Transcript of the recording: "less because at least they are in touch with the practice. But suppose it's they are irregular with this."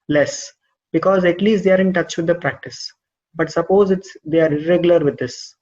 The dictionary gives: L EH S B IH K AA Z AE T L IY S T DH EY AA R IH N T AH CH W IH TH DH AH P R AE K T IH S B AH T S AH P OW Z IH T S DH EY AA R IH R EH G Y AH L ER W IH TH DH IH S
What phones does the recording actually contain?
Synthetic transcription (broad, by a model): L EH S B IH K AA Z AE T L IY S T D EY AA R IH N T AH CH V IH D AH P R AE K T IH S B AH T S AH P OW Z IH T S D EY AA R IH R EH G Y AH L ER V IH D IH S